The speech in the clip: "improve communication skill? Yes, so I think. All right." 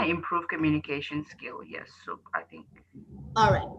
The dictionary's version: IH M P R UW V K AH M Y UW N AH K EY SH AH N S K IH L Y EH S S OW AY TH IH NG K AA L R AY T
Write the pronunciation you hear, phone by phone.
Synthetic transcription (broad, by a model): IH M P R UW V K AH M Y UW N AH K EY SH AH N S K IH L Y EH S S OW AY TH IH NG K AA L R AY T